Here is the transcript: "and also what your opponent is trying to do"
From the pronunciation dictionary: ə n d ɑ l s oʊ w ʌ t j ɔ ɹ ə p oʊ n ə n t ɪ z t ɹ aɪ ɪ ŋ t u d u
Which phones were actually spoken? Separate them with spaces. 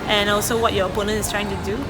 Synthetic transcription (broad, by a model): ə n ɑ l s oʊ w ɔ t j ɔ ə p oʊ n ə n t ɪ s t ɹ aɪ ɪ ŋ t u d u